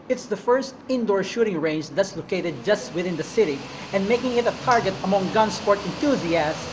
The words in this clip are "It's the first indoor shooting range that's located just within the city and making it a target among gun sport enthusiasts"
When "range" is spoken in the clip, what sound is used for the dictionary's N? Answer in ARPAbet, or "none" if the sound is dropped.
N